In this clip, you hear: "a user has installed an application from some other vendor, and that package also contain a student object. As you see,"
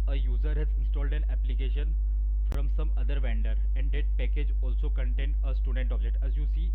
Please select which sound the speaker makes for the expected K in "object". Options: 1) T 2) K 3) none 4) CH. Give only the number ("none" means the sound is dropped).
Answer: 3